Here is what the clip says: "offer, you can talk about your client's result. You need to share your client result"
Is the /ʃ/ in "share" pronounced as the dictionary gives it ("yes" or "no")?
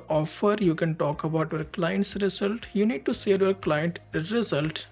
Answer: no